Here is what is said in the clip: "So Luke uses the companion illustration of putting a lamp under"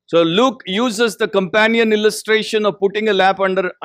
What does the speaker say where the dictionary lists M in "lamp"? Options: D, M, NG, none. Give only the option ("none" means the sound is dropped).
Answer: none